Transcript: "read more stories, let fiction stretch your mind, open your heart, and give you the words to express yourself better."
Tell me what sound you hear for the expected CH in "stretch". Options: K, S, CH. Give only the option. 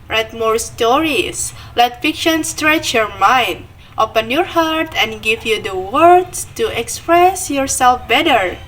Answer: CH